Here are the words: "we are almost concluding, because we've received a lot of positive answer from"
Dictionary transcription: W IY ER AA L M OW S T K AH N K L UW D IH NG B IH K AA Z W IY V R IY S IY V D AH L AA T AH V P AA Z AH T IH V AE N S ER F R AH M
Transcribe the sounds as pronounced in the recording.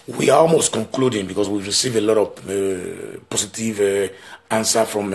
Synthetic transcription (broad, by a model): W IY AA AA L M OW S T K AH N K L UW D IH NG B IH K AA S W IY V R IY S IY V AH L AA T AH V P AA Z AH T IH V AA N S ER F R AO M